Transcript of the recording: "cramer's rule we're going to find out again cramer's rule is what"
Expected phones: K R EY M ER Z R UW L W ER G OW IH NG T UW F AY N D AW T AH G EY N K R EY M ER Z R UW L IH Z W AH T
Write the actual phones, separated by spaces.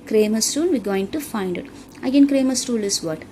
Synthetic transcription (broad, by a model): K R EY M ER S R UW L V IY G OW IH NG T UW F AY N D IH T AH G EY N K R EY M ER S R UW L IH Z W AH T